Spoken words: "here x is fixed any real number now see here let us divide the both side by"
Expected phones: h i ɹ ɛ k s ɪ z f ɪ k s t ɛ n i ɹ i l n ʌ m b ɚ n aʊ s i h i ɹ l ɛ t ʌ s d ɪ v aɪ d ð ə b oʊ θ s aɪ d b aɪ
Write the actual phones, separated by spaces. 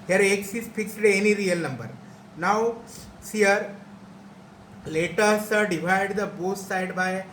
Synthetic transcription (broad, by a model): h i ɹ ɛ k s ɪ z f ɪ k s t ɛ n i ɹ i l n ʌ m b ɚ n aʊ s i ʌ ɹ l ɛ t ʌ s d ɪ v aɪ d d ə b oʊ s s aɪ d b aɪ